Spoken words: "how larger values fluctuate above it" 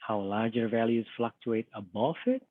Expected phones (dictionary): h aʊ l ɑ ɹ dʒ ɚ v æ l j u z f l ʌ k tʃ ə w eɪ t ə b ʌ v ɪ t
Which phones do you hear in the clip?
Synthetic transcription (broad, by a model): h aʊ l ɑ ɹ dʒ ɚ v æ l j u z f l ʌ k tʃ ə eɪ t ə b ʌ f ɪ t